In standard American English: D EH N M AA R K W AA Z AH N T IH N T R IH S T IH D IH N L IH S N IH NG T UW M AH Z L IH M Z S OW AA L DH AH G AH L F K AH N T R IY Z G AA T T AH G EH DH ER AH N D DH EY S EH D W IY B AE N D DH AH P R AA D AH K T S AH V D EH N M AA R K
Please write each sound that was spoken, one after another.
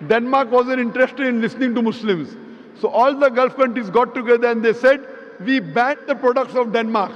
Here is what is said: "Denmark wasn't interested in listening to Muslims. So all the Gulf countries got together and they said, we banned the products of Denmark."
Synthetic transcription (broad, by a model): D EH N M AA R K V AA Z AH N IH N T R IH S T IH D IH N L IH S N IH NG T UW M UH S L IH M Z S OW AA L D AH G AH L F K AH N T R IY Z G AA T T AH G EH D ER AH N D EY S EH D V IY B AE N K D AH P R AA D AH K T S AH V D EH N M AA R K